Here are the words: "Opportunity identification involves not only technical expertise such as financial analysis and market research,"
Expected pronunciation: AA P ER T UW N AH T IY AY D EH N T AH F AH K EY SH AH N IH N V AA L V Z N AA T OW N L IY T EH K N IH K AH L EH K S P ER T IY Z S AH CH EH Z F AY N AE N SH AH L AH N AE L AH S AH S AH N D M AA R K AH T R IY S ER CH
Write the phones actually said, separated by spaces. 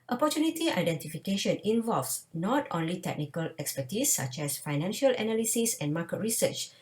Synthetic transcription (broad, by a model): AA P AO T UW N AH T IY AY D EH N T AH F AH K EY SH AH N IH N V AA L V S N AA T OW N L IY T EH K N IH K AH L EH K S P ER T IY S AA CH EH S F AY N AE N SH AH L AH N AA L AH S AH S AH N M AA K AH T R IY S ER CH